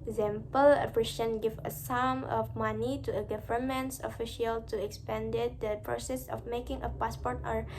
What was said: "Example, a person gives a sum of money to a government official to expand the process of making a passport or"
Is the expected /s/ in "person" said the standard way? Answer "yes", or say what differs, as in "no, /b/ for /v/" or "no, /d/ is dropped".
no, /ʃ/ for /s/